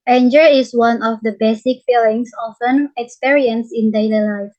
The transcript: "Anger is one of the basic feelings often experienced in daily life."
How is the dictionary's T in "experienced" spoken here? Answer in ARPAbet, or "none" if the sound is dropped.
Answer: none